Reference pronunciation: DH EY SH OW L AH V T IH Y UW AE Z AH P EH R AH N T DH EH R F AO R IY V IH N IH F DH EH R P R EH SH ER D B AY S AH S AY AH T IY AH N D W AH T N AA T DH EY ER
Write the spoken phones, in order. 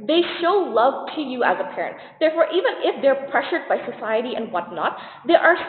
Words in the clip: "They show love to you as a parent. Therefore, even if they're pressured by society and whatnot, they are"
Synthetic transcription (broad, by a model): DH EY SH OW L AH V T IH Y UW AE Z AH P EH R AH N T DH EH R F AO R IY V IH N IH F DH EH R P R EH SH ER D B AY S AH S AY AH T IY AH N D W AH T N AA T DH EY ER